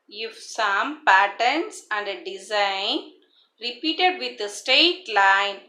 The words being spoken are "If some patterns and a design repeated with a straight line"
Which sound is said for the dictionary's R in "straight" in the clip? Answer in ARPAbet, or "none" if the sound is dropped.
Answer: none